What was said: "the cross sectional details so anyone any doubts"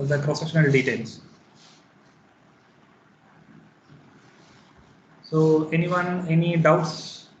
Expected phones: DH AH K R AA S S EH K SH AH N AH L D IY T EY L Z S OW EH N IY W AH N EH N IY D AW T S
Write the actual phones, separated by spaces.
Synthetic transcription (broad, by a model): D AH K R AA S S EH SH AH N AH L D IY T EY L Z S OW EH N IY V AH N EH N IY D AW T S